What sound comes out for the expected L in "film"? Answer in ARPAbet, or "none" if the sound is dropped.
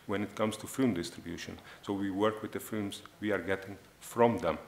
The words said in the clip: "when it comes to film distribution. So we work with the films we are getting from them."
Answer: none